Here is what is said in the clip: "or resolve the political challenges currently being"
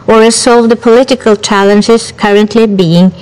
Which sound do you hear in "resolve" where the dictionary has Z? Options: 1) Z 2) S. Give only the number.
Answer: 2